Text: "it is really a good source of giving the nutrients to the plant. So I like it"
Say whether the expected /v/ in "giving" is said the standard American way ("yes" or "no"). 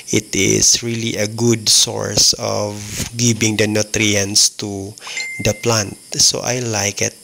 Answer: no